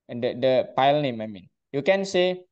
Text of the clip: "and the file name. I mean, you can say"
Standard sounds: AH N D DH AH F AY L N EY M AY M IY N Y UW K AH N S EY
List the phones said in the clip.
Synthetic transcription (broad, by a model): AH D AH P AY L N EY M AY M IY N Y UW K AH N S EY